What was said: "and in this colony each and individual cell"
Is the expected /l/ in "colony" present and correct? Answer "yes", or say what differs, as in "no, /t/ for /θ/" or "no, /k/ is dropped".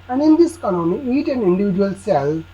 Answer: no, /n/ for /l/